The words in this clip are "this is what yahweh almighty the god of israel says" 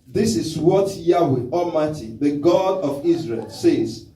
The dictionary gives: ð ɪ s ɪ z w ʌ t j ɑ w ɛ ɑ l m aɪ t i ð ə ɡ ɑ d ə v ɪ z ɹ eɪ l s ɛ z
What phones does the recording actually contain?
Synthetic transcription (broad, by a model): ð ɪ s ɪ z w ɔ t j ɑ w ɛ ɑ m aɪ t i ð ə ɡ ɑ d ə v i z ɹ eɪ l s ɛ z